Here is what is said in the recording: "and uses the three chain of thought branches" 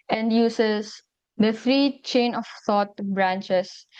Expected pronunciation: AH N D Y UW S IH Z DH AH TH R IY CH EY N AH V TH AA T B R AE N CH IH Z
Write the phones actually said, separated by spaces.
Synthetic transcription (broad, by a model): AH N D Y UW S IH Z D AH F R IY CH EY N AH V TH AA T B R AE N CH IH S